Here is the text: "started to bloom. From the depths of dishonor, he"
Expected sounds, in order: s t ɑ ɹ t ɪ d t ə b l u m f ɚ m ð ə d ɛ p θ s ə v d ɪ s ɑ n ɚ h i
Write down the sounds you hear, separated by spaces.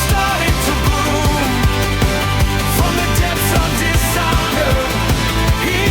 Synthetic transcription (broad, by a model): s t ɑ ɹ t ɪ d t ə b u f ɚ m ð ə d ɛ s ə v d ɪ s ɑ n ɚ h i